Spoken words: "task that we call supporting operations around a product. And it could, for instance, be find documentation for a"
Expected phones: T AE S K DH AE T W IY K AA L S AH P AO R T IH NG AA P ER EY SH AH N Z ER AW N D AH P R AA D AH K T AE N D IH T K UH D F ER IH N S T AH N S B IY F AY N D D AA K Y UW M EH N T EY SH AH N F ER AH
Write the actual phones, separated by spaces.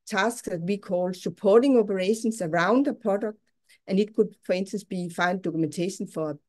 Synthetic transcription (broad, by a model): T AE S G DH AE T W IY K AA L S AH P AO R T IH NG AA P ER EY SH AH N S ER AW N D AH P R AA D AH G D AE N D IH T K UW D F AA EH N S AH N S B IY F AY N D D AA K UW M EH N S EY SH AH N F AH